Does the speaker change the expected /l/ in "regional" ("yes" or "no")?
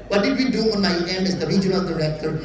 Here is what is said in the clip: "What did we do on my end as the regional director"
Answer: yes